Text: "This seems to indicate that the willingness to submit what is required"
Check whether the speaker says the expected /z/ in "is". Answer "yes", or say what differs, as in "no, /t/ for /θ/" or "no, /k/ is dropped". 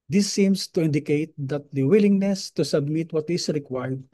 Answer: no, /s/ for /z/